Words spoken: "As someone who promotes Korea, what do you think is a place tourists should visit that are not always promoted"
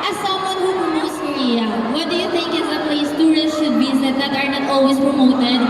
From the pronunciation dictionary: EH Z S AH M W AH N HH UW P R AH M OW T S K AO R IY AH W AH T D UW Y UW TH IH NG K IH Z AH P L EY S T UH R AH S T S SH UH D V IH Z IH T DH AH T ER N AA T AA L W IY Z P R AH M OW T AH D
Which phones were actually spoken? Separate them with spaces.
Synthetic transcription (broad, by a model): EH S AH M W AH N HH UW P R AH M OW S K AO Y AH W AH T D UW Y UW T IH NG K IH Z AH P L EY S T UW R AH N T SH UH D B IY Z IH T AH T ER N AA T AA L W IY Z P R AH M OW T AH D